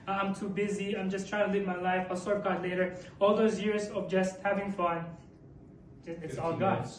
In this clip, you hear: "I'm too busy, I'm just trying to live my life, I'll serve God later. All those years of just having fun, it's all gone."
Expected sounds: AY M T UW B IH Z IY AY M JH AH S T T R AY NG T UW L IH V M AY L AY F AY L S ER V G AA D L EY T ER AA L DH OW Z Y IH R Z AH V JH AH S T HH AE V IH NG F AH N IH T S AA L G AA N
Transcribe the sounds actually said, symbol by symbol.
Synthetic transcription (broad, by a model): AY M T UW B IH Z IY AY M JH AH S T T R AY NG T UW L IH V M AY L AY F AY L S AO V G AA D L EY T ER AA L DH OW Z Y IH R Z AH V JH AH S T HH AE V IH NG F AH N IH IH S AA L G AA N